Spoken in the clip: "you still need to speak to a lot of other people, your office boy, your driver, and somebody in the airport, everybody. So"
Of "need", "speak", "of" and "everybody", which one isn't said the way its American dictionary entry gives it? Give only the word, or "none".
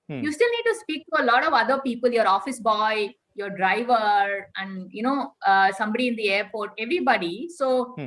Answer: none